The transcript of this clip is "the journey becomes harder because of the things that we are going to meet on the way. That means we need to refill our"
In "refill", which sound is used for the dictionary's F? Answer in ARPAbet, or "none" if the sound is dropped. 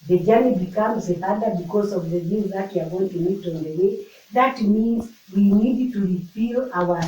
P